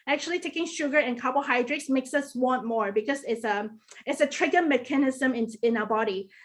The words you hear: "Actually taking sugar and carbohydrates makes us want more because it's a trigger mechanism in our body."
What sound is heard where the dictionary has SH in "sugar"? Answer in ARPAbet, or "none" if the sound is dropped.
SH